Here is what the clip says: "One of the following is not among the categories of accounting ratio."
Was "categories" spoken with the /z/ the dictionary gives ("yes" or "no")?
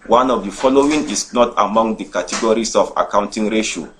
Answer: no